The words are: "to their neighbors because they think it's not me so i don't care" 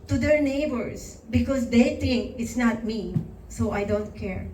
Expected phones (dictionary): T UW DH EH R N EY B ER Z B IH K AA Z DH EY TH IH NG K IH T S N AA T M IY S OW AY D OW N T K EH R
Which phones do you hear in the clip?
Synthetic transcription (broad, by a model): T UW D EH R N EY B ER S B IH K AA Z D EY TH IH NG K IH T S N AA T M IY S OW AY D OW N T K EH R